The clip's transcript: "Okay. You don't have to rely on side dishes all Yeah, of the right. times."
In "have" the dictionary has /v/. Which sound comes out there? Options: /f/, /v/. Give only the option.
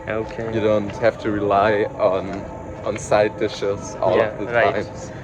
/f/